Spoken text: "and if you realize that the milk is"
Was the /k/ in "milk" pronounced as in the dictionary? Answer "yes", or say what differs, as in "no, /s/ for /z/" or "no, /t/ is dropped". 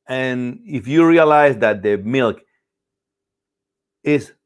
yes